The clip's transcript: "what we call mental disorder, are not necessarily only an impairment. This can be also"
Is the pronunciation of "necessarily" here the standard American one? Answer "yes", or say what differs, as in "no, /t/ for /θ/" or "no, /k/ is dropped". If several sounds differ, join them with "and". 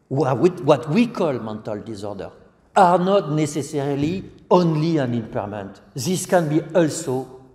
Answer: yes